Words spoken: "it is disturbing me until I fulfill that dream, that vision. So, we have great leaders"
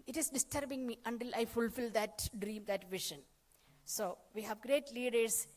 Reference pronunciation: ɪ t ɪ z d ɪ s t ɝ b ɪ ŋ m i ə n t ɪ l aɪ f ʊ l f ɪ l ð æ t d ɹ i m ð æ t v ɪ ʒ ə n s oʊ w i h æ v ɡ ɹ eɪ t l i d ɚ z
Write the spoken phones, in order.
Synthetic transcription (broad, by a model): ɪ t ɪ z d ɪ s t ɝ b ɪ ŋ m i ə n t ɪ l aɪ f ʊ l f ɪ l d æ t d ɹ i m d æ t v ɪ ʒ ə n s oʊ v i h æ v ɡ ɹ eɪ t l i d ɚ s